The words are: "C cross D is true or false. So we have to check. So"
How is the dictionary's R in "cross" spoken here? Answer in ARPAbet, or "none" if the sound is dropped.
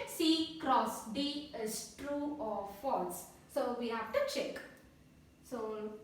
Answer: R